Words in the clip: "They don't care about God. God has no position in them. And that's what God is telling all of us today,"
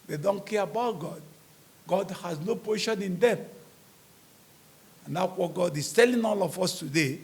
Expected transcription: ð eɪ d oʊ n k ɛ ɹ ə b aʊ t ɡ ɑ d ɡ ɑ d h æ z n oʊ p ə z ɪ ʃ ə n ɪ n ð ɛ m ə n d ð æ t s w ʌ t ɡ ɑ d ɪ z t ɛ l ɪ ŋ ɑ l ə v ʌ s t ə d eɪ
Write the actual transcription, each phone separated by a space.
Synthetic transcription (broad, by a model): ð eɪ d oʊ n k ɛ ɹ ə b aʊ t ɡ ɑ d ɡ ɑ d h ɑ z n oʊ p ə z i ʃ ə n ɪ n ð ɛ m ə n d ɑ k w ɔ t ɡ ɑ d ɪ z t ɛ l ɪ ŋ ɑ l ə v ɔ s t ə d eɪ